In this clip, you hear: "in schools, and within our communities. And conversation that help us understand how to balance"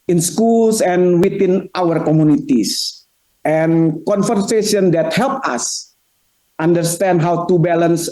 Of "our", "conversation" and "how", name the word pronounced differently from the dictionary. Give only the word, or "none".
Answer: conversation